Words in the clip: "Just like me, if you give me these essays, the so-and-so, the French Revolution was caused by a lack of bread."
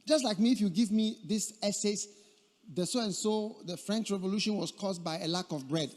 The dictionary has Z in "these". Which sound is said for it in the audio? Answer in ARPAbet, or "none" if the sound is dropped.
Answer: S